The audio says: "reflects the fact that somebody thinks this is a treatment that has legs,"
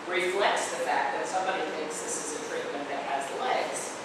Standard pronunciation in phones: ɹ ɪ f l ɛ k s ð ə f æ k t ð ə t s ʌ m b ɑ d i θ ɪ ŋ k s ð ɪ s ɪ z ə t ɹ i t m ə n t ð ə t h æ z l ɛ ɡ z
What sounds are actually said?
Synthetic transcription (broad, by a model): ɹ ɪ f l ɛ k s ð ə f æ k ð ə t s ʌ m b ɑ d i θ ɪ ŋ k s ð ɪ s ɪ z ə t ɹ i t m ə n ð ə t h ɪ z l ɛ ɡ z